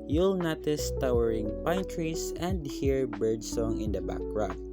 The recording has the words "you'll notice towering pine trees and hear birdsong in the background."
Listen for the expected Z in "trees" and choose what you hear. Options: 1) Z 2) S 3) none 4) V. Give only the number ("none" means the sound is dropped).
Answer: 2